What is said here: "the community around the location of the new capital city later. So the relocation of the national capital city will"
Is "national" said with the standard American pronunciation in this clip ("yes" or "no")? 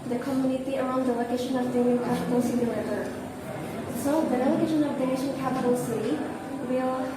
no